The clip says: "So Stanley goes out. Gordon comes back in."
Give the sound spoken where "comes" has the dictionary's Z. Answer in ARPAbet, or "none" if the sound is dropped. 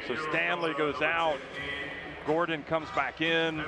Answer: Z